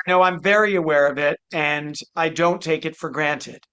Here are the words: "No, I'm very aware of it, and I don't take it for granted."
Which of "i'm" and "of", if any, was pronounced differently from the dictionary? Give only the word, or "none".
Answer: none